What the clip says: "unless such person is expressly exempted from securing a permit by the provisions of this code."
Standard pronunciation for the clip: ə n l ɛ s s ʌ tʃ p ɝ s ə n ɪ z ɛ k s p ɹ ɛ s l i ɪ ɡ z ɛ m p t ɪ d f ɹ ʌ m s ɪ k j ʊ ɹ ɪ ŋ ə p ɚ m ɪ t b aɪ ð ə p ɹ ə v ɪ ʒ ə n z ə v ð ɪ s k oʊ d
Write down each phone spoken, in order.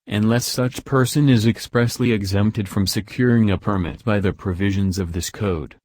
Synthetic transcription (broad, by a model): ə n l ɛ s s ʌ tʃ p ɝ s ə n ɪ z ɛ k s p ɹ ɛ s l i ɪ ɡ z ɛ m p t ɪ d f ɹ ʌ m s ɪ k j ʊ ɹ ɪ ŋ ə p ɚ m ɪ t b aɪ ð ə p ɹ ə v ɪ ʒ ə n z ə v ð ɪ s k oʊ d